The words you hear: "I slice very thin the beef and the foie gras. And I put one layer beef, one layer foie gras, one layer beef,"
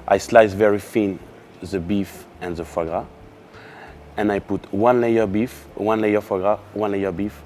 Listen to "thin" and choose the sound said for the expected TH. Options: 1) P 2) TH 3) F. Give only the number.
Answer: 3